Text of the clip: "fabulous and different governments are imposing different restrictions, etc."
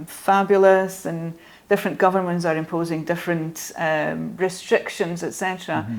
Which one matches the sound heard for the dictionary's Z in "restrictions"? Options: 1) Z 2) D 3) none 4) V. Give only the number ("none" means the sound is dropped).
1